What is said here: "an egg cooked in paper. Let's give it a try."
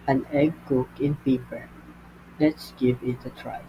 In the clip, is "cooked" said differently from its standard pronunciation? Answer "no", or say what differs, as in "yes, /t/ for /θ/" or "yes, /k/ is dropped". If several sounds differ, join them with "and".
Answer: yes, /t/ is dropped